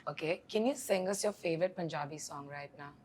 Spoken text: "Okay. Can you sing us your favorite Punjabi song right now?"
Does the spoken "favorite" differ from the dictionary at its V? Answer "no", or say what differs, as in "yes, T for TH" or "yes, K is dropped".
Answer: no